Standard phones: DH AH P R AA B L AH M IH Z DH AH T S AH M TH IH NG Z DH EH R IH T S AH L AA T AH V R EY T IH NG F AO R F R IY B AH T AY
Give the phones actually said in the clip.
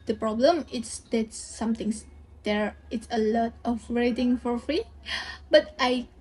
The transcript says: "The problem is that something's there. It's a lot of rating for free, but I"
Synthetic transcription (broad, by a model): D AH P R AA B L AH M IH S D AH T S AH M T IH NG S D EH R IH T S AH L AA T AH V R EY T IH NG F AO R F R IY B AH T AY